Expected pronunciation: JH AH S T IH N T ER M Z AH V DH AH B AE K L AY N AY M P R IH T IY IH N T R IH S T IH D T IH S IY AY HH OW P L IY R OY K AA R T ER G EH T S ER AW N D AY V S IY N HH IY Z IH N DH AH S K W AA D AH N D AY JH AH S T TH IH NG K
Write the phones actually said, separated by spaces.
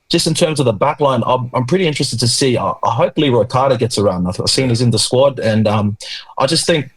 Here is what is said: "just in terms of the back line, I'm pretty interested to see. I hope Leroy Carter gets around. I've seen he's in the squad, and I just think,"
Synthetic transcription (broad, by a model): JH AH S T IH N T ER M Z AH V DH AH B AE K L AY N AY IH P R IH T IY IH N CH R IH S T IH D T IH S IY AY HH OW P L IY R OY K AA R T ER G EH T S ER AW N D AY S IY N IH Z IH N DH AH S K W AA D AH N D AY JH AH S T TH IH NG K